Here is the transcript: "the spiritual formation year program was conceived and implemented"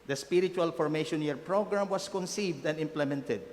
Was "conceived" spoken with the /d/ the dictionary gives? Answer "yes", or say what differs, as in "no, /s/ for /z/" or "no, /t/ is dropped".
yes